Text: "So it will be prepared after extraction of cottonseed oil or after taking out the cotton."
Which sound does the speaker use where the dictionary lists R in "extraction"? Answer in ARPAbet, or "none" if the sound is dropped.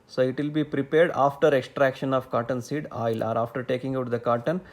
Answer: R